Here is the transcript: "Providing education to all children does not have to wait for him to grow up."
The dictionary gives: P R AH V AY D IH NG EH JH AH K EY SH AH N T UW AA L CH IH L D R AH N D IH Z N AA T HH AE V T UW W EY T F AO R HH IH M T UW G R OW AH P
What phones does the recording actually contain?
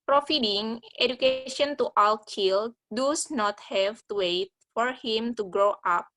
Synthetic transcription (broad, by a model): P R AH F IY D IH NG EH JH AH K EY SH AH N T UW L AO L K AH L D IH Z N AA T HH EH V T UW W EY T F AO R HH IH M T UW G R OW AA P